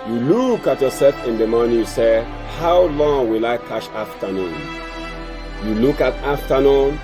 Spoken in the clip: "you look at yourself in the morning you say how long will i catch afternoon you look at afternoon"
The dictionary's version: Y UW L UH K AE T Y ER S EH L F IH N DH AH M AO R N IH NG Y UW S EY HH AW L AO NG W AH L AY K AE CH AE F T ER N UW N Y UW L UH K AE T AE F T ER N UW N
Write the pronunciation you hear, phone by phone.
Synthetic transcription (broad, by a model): Y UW L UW K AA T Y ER S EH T IH N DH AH M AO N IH Y UW S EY HH AW L AO NG W AH L AY K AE SH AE F T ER N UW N Y UW L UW K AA T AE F T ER N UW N